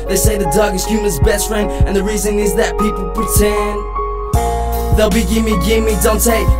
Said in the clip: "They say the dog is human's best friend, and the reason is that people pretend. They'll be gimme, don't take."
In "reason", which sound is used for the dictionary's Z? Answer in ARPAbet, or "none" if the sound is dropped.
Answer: Z